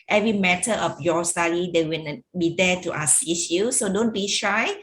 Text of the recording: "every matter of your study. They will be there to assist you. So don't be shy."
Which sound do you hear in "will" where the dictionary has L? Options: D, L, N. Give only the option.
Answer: N